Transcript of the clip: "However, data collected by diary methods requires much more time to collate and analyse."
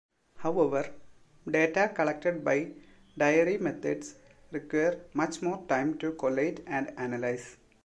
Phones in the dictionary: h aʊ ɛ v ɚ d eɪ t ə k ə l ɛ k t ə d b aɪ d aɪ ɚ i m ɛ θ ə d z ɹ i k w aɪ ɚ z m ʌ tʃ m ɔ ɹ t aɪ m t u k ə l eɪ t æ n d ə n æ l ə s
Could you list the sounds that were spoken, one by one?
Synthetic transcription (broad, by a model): h aʊ ɛ v ɚ d eɪ t ə k ə l ɛ k t ə d b aɪ d aɪ ɚ i m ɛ t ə d s ɹ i k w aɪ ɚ m ʌ tʃ m ɔ ɹ t aɪ m t u k ə l eɪ t æ n d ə n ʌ l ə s